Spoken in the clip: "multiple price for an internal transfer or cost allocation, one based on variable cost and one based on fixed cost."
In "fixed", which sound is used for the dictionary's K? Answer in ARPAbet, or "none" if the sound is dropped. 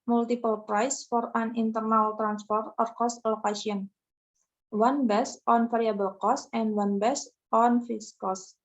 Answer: none